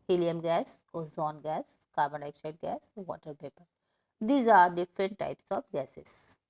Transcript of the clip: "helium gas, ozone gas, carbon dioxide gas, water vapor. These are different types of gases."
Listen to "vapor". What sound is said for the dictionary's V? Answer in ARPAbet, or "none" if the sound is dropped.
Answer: P